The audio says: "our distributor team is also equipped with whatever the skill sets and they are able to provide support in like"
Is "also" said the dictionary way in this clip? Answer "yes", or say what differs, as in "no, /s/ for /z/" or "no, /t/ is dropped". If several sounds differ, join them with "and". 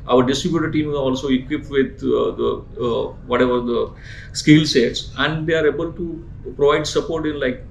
yes